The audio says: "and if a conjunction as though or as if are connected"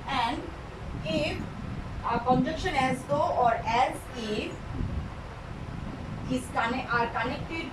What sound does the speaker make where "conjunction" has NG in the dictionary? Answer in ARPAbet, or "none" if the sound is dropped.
none